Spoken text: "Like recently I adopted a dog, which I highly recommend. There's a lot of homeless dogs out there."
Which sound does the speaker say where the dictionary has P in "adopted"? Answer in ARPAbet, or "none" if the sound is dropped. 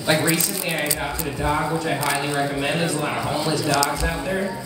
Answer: none